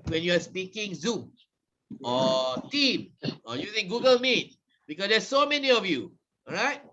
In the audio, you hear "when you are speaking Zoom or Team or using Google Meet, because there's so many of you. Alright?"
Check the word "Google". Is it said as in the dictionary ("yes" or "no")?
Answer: yes